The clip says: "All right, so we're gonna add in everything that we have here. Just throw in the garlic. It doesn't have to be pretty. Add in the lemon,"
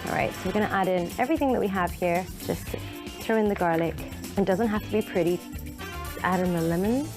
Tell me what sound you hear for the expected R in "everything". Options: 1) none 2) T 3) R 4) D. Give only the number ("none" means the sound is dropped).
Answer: 3